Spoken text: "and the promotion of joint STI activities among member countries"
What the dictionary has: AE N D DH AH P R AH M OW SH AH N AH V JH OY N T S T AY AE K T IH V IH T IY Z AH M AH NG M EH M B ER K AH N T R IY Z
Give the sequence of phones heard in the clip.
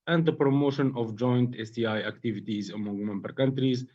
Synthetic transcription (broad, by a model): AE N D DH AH P R AH M OW SH AH N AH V JH OY N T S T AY AE K T IH V IH T IY Z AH M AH NG M EH M B ER K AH N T R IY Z